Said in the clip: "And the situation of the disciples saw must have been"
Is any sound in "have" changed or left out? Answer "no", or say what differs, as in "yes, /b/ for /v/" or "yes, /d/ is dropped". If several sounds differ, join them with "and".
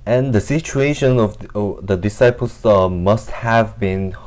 no